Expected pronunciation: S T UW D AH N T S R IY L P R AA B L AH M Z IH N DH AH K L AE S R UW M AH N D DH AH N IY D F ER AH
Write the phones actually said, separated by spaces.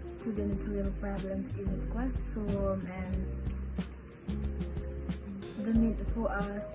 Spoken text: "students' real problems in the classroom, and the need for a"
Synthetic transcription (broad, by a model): S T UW D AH N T S W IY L P R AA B L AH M S IH N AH K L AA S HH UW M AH N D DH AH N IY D F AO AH